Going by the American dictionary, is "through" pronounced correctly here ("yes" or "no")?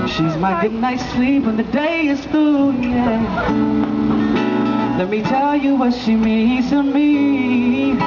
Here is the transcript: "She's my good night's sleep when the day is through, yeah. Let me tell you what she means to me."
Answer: no